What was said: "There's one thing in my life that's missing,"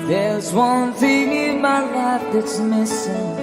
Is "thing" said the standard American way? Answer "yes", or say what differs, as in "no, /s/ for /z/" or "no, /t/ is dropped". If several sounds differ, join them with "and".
yes